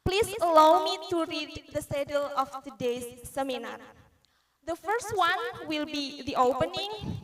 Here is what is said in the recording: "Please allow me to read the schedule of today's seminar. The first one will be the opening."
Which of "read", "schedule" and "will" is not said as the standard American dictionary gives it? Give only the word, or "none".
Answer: schedule